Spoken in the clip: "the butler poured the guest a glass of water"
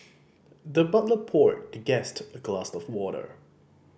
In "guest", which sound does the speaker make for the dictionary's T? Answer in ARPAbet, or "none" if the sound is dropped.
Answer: T